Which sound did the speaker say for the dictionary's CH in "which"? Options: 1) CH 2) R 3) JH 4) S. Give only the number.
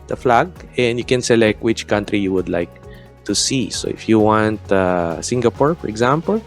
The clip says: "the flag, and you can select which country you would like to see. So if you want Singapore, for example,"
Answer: 1